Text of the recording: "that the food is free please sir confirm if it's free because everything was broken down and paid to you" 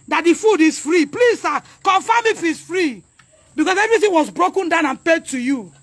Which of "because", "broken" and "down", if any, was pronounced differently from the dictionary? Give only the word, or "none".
because